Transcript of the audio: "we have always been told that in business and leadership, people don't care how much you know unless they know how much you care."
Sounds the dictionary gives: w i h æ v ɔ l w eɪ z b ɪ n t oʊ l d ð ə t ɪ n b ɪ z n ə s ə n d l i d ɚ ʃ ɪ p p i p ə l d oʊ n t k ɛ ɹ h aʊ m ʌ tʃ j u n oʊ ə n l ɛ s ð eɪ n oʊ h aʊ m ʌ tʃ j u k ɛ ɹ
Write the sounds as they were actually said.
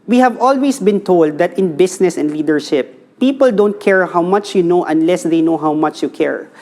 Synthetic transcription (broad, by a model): w i h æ v ɔ l w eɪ s b ɪ n t oʊ l d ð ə t ɪ n b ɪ s n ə s ə n d l i d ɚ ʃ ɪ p p i p ə l d oʊ n t k ɛ ɹ h aʊ m ʌ tʃ j u n oʊ ə n l ɛ s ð eɪ n oʊ h aʊ m ʌ tʃ j u k ɛ ɹ